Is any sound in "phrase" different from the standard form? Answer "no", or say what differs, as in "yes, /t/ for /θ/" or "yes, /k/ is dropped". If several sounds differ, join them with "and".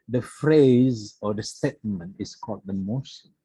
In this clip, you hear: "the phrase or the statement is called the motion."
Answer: no